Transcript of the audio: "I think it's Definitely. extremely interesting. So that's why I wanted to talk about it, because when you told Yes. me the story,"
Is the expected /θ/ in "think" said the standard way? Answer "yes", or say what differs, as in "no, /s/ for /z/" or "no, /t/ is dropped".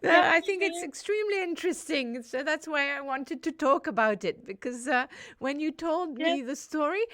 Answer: yes